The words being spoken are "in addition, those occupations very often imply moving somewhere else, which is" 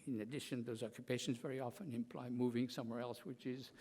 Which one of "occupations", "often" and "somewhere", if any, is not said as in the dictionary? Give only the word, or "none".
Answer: none